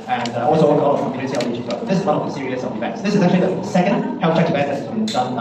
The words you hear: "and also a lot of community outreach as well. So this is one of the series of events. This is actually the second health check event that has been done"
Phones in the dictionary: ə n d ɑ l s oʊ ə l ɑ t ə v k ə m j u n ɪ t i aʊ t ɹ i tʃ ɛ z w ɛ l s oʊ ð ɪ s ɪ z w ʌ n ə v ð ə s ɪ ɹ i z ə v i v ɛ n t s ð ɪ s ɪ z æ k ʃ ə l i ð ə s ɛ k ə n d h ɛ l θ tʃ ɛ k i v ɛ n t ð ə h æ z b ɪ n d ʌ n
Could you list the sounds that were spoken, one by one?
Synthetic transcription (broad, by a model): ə n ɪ ɑ l s oʊ ə w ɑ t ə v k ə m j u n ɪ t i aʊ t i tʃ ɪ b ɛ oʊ ð ɪ s ɪ z w ʌ n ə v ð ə s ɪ ɹ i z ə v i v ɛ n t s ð ɪ s ɪ z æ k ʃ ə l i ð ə s ɛ k ə n d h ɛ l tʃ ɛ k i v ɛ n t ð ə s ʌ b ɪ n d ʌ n